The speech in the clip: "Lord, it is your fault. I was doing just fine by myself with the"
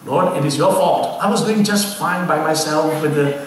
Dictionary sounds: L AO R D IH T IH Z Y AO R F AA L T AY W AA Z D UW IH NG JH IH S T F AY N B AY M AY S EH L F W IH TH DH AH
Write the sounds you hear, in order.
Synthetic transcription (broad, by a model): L AO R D IH T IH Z Y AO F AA T AY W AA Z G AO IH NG JH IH S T F AY N B AY M AY S EH L F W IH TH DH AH